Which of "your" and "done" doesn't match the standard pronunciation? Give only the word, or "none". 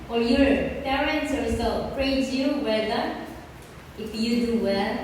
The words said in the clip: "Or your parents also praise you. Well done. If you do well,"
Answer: done